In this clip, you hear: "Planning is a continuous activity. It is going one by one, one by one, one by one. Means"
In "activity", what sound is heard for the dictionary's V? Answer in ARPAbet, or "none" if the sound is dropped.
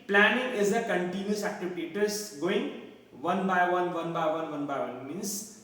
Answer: P